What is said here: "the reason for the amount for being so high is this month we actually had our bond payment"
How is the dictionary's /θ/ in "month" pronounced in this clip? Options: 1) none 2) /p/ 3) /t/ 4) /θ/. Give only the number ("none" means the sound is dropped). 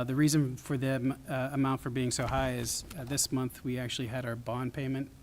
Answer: 4